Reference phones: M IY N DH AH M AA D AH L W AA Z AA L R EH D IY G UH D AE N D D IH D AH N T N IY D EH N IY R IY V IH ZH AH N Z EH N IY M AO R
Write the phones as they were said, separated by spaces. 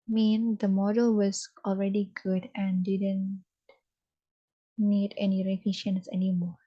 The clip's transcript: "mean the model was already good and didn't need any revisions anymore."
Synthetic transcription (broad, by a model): M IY N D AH M AA D AH L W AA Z AA L R EH D IY G UH D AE N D D IH D AH N T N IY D EH N IY R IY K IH SH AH N S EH N IY M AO R